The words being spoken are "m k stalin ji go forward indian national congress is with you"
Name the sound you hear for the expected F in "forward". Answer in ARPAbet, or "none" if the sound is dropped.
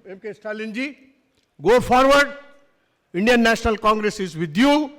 P